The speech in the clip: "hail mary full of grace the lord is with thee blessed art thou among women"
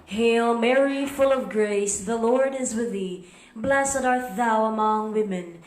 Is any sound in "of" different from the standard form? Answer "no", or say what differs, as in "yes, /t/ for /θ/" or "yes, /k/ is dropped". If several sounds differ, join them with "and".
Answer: no